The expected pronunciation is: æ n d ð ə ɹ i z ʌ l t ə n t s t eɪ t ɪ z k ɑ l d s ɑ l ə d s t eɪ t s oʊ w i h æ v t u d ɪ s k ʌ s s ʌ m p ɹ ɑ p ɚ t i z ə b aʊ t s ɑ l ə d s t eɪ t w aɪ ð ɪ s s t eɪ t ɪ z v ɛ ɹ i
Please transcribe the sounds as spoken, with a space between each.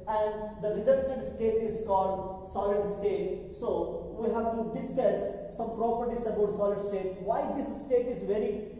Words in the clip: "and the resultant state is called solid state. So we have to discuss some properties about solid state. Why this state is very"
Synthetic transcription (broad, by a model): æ n d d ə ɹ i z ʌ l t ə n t s t eɪ t ɪ z k ɑ l d s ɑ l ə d s t eɪ t s oʊ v i h æ v t u d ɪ s k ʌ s s ʌ m p ɹ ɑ p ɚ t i s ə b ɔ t s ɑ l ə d s t eɪ t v aɪ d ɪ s s t eɪ t ɪ z v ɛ ɹ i